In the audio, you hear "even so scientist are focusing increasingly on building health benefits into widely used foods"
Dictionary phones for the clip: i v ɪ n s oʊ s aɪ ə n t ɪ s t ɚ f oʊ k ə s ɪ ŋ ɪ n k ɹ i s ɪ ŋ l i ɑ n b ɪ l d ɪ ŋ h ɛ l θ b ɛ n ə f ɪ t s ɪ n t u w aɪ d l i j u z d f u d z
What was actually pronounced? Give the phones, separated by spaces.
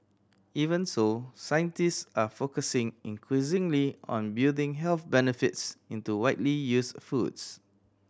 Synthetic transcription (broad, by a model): i v ɪ n s oʊ s aɪ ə n t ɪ s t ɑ f oʊ k ə s ɪ ŋ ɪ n k ɹ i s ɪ ŋ l i ɑ n b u d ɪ ŋ h ɛ l θ b ɛ n ə f ɪ t s ɪ n t u w aɪ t l i j u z f u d s